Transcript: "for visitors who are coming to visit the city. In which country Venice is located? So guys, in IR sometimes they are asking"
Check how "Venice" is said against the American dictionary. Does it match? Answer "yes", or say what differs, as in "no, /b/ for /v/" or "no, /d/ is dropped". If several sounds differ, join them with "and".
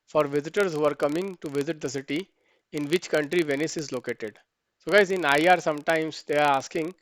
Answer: yes